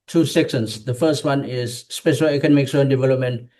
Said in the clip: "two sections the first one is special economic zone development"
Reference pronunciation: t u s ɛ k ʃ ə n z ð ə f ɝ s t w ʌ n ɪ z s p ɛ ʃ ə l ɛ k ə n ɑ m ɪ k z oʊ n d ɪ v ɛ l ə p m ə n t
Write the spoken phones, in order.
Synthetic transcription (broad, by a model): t u s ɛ k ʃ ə n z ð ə f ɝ s t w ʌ n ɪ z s p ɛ ʃ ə l ɛ k ə n ɑ m ɪ k s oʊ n d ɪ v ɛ l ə p m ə n t